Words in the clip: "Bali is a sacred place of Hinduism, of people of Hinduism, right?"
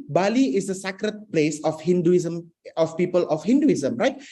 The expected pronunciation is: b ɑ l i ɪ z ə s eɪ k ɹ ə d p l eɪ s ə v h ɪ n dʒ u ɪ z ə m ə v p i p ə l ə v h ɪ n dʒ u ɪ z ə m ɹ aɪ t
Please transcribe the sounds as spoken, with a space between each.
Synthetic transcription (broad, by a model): b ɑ l i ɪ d ə s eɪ k ɹ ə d p l eɪ s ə f h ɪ n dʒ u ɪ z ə m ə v p i p ə l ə f h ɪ n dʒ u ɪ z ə m ɹ aɪ t